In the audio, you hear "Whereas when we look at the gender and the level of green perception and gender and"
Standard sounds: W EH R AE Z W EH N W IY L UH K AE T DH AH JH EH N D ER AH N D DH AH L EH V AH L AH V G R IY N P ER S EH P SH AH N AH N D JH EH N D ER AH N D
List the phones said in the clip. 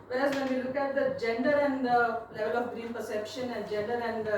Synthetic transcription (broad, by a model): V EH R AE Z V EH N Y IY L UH K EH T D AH JH EH N D ER AH N D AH L EH V AH L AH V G R IY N P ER S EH P SH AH N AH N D JH EH N D ER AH N D